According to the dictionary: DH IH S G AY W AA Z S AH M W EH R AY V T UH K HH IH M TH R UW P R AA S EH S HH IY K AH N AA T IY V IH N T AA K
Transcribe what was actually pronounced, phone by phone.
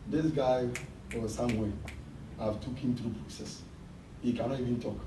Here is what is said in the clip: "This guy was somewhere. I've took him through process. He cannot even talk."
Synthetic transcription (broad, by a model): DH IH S G AY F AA S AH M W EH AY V T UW K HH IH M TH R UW P R AA S EH S HH IY K AH N AA T IY V IH N T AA K